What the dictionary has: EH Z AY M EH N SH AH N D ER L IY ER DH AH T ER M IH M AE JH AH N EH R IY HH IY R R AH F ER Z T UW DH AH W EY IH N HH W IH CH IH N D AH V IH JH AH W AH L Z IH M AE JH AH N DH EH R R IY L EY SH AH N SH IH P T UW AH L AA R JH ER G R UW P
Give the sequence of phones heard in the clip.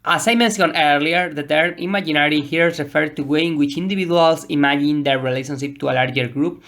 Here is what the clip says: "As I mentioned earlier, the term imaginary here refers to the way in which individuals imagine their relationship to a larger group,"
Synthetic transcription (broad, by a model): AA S AY M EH N S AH N ER L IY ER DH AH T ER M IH M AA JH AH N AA R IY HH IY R R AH F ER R T UW W EY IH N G W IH CH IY N D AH B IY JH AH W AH L S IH M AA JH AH N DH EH R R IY L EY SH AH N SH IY P T UW AH L AA R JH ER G R UW P